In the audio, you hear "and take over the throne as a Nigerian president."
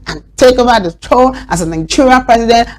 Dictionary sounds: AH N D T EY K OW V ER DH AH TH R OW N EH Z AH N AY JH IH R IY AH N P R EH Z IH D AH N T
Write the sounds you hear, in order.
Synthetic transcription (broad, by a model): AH N T EY K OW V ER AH T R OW L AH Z AH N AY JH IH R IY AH P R EH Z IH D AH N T